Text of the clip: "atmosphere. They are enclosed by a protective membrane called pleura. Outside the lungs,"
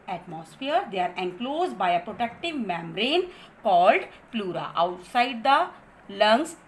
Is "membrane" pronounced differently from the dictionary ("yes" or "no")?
yes